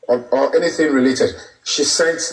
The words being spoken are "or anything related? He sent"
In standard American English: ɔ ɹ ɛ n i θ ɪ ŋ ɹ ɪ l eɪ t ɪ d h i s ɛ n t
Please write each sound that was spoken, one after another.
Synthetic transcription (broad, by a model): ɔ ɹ ɛ n i θ ɪ ŋ ɹ ɪ l eɪ t ɪ d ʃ i s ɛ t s